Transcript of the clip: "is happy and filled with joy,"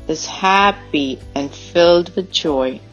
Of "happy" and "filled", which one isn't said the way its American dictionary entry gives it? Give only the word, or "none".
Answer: none